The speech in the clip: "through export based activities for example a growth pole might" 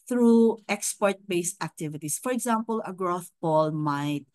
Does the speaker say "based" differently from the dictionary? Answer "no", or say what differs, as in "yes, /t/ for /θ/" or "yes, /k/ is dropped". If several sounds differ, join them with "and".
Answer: no